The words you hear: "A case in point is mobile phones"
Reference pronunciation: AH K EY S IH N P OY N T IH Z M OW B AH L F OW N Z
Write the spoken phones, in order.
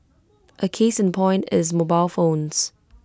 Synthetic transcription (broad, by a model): AH K EY S IH N P OY N T IH Z M OW B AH L F OW N Z